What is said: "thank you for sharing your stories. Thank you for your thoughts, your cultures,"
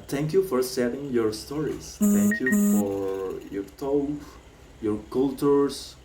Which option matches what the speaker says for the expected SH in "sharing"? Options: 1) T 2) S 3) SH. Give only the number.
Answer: 2